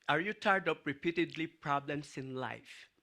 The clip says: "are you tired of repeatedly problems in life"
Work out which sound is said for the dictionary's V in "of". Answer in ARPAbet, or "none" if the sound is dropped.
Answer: P